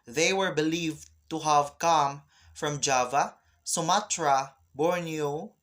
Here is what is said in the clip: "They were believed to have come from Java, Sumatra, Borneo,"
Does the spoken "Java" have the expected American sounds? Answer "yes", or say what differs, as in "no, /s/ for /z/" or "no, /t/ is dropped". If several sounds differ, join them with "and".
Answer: yes